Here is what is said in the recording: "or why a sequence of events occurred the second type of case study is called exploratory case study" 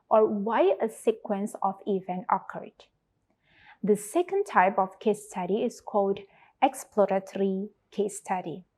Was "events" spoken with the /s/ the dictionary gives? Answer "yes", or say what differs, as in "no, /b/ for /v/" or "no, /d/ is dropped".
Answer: no, /s/ is dropped